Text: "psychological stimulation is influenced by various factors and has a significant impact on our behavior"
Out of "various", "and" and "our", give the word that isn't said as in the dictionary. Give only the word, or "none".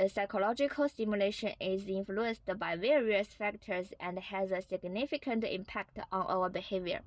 none